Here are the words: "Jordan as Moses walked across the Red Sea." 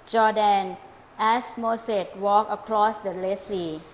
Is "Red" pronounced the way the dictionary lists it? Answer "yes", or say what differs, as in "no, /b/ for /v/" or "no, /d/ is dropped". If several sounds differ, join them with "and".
no, /l/ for /ɹ/